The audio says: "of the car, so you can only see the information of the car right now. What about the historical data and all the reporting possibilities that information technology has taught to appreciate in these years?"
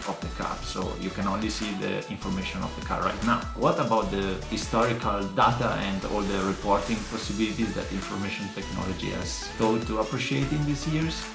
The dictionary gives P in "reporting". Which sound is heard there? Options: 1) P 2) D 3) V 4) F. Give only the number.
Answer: 1